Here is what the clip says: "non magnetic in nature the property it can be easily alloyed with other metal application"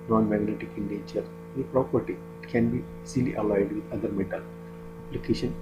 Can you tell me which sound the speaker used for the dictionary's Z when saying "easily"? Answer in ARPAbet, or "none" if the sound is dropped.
S